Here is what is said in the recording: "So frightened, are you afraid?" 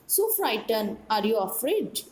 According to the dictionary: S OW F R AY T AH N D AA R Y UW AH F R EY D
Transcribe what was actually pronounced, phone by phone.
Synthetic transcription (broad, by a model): S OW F R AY T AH N AA R Y UW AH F R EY D